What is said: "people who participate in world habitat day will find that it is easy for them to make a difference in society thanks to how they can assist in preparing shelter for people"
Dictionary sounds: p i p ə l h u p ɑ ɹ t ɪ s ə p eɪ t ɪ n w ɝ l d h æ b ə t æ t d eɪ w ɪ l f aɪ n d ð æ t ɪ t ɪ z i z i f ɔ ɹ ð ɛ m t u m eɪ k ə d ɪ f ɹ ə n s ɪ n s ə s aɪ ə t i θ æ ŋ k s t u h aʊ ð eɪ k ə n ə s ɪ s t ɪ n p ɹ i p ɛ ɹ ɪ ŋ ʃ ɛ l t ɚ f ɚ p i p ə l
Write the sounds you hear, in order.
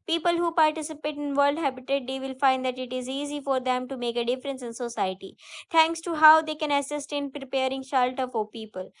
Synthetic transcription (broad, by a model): p i p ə l h u p ɑ ɹ t ɪ s ə p eɪ t ɪ n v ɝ l d h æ b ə t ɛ t d eɪ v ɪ l f aɪ n d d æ t ɪ t ɪ z i z i f ɔ ɹ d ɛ m t u m eɪ k ə d ɪ f ɹ ə n s ɪ n s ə s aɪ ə t i t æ ŋ k s t u h aʊ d eɪ k ə n ə s ɪ s t ɪ n p ɹ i p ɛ ɹ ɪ ŋ ʃ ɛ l t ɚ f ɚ p i p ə l